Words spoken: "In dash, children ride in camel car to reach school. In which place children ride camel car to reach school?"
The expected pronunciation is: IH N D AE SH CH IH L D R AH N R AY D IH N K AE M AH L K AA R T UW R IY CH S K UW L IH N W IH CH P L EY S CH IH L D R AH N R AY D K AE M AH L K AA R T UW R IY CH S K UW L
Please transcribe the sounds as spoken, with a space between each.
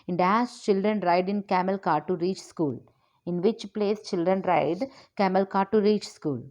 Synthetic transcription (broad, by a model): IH N D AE S CH IH L D R AH N R AY D IH N K AE M AH L K AA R T UW R IY CH S K UW L IH N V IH CH P L EY S CH IH L D R AH N R AY D K AE M AH L K AA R T UW R IY CH S K UW L